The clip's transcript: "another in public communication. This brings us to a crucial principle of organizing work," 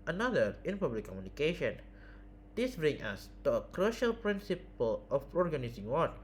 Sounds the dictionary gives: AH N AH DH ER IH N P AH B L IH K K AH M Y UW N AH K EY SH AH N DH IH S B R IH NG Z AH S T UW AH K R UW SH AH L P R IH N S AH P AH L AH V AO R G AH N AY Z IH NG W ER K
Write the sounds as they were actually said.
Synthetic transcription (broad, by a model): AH N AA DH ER IH N P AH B L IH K K AH M Y UW N AH K EY SH AH N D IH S B R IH NG AH S T UW AH K R UW SH AH L P R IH N S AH P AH L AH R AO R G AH N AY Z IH NG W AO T